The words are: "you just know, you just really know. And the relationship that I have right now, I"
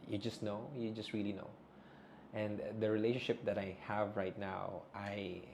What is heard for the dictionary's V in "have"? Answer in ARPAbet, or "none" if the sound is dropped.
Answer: V